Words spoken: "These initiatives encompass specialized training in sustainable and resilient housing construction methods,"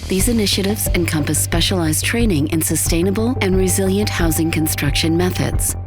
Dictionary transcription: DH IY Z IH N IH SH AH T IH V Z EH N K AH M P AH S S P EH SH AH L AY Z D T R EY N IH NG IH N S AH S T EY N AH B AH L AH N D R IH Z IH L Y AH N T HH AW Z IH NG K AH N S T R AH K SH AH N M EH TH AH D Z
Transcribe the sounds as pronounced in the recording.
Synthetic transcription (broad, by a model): DH IY Z IH N IH SH AH T IH V Z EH N K AH M P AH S S P EH SH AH L AY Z T R EY N IH NG IH N S AH S T EY N AH B AH L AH N R IH Z IH L Y AH N T HH AW Z IH NG K AH N S T R AH K SH AH N M EH TH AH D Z